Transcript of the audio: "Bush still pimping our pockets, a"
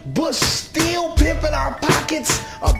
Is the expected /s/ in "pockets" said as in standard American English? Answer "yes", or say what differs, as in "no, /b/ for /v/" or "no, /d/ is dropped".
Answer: yes